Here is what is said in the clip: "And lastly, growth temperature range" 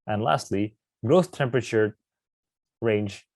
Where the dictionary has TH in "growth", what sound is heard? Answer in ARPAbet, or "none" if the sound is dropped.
S